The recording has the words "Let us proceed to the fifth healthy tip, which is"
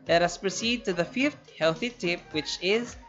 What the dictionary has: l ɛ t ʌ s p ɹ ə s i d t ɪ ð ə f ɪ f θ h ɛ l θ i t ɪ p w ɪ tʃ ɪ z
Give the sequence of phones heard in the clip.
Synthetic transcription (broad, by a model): l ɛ t ʌ s p ɹ ə s i d t ɪ ð ə f ɪ f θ h ɛ l θ i t ɪ p w ɪ tʃ ɪ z